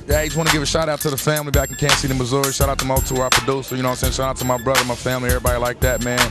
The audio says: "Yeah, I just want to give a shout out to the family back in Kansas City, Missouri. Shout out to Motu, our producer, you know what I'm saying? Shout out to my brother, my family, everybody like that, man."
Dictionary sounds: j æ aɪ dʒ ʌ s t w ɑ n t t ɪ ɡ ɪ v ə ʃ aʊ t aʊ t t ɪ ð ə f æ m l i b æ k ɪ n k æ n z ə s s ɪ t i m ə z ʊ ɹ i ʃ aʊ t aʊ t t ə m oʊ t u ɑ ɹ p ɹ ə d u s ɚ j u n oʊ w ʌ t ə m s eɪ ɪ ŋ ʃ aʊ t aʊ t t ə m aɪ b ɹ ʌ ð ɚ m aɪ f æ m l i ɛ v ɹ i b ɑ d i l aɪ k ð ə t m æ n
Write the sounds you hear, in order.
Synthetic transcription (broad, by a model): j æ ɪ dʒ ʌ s w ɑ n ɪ ɡ ɪ v ə ʃ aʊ t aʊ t t ɪ ð ə f æ m l i b æ k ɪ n k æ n s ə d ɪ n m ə z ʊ ɹ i ʃ aʊ t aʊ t t ə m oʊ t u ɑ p ə d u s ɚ j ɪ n oʊ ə s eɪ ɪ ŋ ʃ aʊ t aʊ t t ə m aɪ b ɹ ʌ ð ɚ m aɪ f æ m l i ɛ v ɹ i b ɑ d i l aɪ k ð ə t m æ n